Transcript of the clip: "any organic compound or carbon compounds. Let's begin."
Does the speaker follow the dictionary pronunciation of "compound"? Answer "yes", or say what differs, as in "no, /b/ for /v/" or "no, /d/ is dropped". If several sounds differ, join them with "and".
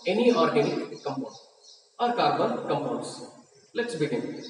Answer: no, /d/ is dropped